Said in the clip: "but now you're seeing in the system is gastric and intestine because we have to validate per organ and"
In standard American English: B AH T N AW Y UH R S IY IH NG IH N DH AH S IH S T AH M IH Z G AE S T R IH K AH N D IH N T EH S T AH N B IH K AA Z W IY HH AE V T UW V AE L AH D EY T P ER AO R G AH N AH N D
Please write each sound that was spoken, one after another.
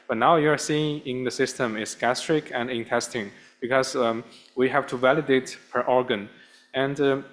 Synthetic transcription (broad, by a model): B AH T N AW Y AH R S IY IH NG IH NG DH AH S IH S T AH M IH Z G AE S T R IH K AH N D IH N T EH S T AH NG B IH K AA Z W IY HH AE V T UW V AE L AH D EY T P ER AO R G AH N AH N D